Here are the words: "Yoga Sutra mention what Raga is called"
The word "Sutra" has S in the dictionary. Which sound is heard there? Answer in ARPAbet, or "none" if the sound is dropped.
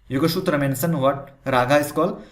SH